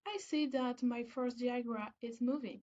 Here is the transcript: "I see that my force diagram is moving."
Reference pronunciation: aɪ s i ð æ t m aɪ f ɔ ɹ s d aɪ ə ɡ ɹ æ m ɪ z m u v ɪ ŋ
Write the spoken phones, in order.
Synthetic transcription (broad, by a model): aɪ s i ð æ t m aɪ f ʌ ɹ s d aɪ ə ɡ ɹ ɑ ɪ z m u v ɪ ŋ